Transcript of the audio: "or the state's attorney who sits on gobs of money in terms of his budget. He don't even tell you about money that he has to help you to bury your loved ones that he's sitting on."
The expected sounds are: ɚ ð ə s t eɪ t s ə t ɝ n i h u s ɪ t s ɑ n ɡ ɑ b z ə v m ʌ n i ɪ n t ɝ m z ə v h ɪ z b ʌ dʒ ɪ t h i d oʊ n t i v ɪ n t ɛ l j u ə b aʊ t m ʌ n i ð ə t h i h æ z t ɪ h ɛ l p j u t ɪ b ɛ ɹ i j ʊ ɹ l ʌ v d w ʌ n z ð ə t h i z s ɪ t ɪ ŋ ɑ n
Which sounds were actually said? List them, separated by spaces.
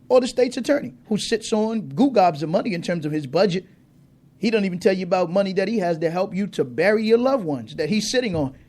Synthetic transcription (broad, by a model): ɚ ð ə s t eɪ t s ə t ɝ n i h u s ɪ t s n ɡ ɑ b z ə v m ʌ n i ɪ n t ɝ m z ə v ɪ z b ʌ dʒ ɪ t h i d oʊ n t i v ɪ n t ɛ l j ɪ ə b aʊ t m ʌ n i ð ə t h i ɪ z t ɪ h ɛ l p j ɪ t ɪ b ɛ ɹ i j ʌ ɹ l ʌ v w ʌ n z ð ə t h i z s ɪ t ɪ ŋ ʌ n